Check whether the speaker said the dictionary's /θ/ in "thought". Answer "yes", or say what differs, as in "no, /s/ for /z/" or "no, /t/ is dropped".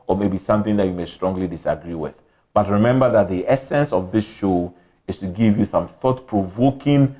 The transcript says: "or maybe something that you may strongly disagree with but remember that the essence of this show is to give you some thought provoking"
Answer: yes